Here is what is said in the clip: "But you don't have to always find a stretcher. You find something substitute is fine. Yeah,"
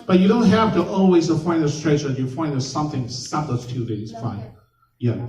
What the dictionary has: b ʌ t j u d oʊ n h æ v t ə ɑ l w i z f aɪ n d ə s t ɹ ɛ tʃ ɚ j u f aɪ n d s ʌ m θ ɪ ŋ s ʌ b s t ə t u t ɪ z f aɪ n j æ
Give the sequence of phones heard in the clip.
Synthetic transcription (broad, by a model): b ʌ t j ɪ d oʊ n h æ f t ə ɑ l w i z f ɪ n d ə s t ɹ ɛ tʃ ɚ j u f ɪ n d s ʌ m θ ɪ ŋ s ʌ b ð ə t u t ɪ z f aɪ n j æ